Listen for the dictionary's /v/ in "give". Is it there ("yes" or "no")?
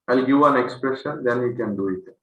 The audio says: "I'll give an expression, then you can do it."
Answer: no